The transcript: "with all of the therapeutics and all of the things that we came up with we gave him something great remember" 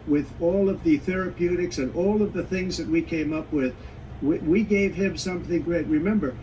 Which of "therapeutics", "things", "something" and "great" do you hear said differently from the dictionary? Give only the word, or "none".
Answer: none